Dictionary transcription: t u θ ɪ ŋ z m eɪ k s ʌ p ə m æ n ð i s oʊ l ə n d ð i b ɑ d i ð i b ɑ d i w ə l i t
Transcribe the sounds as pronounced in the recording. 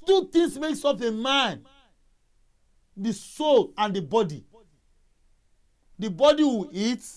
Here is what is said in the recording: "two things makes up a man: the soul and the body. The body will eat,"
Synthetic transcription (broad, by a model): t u t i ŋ s m eɪ k s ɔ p ə m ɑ n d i s oʊ l ə n d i b ɑ d i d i b ɑ d i w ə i t